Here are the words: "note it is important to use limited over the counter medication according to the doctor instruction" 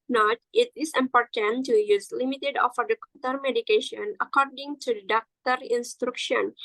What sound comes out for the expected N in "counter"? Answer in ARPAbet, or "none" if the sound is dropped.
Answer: none